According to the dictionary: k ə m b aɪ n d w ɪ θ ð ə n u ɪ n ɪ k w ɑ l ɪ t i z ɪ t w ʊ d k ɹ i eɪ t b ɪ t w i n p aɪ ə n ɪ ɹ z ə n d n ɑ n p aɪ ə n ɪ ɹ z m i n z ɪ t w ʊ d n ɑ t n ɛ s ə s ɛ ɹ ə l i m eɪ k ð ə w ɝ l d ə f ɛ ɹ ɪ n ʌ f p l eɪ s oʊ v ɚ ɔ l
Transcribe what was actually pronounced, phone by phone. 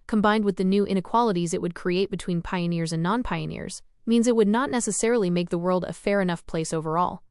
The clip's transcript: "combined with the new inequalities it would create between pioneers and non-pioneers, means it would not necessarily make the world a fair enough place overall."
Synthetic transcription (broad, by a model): k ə m b aɪ n d w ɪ ð ə n u ɪ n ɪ k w ɑ l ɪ t i z ɪ t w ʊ d k ɹ i eɪ t b ɪ t w i n p aɪ ə n ɪ ɹ z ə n n ɑ n p aɪ ə n ɪ ɹ z m i n z ɪ t w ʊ d n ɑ t n ɛ s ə s ɛ ɹ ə l i m eɪ k ð ə w ɝ l d ə f ɛ ɹ ɪ n ʌ f p l eɪ s oʊ v ɚ ɔ l